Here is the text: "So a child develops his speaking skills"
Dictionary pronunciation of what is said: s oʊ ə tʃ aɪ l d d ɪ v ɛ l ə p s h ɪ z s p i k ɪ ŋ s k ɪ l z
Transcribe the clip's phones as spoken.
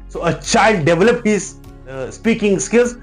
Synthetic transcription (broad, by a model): s oʊ ə tʃ aɪ l d d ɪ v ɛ l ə p h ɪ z s p i k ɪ ŋ s k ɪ l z